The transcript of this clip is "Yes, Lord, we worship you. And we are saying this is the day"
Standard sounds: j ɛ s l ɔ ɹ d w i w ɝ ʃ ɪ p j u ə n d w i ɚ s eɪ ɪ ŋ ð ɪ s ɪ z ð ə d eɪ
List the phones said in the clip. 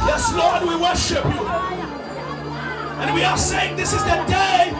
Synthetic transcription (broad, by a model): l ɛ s l ɔ ɹ d w i w ɝ ʃ ɪ p j u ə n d w i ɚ s eɪ ɪ ŋ ð ɪ s ɪ z ð ə d eɪ